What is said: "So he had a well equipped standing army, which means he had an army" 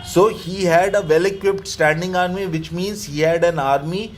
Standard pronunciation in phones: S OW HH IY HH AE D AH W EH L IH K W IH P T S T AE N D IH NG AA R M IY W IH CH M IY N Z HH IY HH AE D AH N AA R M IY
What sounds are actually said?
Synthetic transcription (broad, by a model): S OW HH IY HH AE D AH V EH L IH K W IH P T S T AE N D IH NG AA R M IY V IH CH M IY N Z HH IY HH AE D AH N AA R M IY